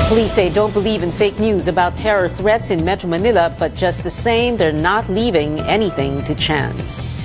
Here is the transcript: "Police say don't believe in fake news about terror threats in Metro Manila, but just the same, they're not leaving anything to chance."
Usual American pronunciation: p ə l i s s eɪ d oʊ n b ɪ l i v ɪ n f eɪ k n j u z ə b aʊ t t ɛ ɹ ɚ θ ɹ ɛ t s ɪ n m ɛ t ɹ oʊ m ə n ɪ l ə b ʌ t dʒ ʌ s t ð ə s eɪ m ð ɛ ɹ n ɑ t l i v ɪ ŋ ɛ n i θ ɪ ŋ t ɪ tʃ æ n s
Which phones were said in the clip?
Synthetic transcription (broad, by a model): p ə l i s s eɪ d oʊ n b ɪ l i v ɪ n f eɪ k n j u z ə b aʊ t t ɛ ɹ ɚ θ ɹ ɛ t s ɪ n m ɛ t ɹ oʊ m ə n ɪ l ə b ʌ t dʒ ʌ s t ð ə s eɪ m ð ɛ ɹ n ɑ t l i v ɪ ŋ ɛ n i θ ɪ ŋ t ɪ tʃ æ n s